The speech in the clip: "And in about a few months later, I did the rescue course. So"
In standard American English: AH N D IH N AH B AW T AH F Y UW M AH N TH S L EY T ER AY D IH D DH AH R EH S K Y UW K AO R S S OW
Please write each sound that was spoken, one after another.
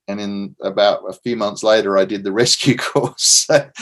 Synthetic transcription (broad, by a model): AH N IH N AH B AW T AH F Y UW M AH N TH S L EY T ER AY D IH D DH AH R EH S K Y UW K AO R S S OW